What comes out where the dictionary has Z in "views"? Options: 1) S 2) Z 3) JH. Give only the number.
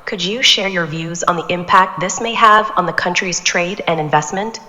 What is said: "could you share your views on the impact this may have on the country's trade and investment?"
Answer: 2